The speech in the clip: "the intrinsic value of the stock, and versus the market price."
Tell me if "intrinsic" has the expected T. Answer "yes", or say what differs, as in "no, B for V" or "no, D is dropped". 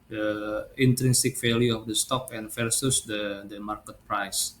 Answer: yes